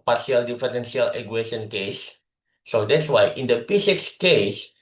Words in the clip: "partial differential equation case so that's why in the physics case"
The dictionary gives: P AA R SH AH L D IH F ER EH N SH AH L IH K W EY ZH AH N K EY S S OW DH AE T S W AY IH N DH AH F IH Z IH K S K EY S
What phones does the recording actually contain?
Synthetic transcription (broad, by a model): P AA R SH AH L D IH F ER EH N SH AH L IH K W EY SH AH N K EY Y S OW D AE T S W AY IH N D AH P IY S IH K S K EY S